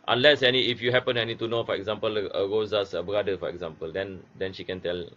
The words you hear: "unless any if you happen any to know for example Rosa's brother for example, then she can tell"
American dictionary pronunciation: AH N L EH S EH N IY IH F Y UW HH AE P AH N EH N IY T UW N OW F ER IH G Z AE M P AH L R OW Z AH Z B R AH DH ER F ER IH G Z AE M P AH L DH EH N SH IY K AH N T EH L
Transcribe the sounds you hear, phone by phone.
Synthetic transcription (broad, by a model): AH N L EH S EH N IY IH F Y UW HH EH P AH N EH N IY T UW N OW F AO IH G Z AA M P AH L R OW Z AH S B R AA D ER F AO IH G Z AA M P AH L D EH N SH IY K AH N T EH L